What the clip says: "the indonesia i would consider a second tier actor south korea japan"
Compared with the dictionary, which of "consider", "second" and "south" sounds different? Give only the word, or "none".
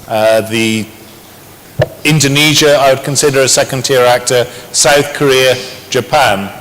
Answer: none